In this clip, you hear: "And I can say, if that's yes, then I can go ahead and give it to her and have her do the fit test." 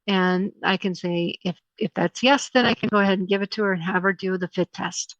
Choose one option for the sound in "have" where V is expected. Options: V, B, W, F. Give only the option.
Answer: V